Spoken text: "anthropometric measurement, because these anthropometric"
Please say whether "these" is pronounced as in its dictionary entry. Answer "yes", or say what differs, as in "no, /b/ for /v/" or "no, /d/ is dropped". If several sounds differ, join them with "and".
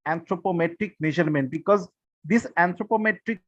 no, /s/ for /z/